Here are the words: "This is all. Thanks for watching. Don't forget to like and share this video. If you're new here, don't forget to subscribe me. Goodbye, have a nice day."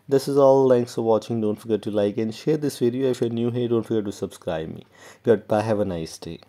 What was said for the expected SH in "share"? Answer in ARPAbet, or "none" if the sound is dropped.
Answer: SH